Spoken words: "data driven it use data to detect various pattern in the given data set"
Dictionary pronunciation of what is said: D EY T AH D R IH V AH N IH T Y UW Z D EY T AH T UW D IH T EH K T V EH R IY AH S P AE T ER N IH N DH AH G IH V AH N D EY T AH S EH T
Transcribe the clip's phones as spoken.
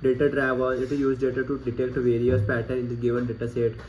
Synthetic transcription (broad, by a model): D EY T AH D R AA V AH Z IH T Y UW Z D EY T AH T UW D IH T EH K T V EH R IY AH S P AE T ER IH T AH G IH V AH N D EY T AH S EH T